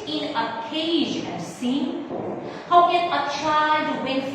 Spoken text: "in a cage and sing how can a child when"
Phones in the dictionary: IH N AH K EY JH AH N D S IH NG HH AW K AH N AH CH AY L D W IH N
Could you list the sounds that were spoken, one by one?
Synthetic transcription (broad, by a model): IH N AH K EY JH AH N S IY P HH AW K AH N AH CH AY D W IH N